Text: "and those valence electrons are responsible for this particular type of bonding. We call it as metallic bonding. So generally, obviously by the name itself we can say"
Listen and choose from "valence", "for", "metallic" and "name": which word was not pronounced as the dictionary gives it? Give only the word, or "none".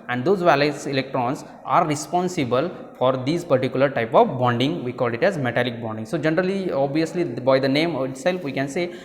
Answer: valence